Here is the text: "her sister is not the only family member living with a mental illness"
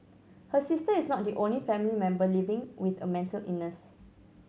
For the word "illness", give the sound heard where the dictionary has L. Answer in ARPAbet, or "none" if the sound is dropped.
none